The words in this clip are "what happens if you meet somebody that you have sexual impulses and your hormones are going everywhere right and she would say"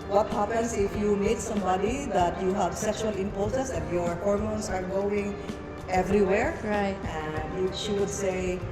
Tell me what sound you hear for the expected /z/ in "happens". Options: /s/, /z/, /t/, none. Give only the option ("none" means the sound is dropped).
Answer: /s/